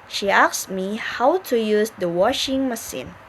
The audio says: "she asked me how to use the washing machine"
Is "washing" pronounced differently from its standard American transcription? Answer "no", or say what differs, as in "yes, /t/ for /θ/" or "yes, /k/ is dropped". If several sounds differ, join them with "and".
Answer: no